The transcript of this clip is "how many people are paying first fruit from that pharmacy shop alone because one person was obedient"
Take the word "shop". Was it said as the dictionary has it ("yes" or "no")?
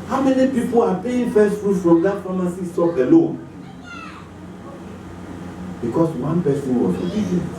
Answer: no